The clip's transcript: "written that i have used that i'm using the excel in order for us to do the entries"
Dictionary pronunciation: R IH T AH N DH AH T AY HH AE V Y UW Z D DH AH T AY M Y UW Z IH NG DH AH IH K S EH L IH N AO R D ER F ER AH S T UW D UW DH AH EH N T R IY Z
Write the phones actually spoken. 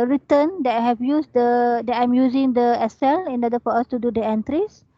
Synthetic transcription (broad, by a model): R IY T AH N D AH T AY HH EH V Y UW S D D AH T AY M Y UW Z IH NG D AH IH S EH L IH N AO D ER F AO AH S T UW D UW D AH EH N T R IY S